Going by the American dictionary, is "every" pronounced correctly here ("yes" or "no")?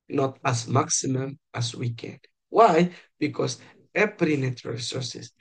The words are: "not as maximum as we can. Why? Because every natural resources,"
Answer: no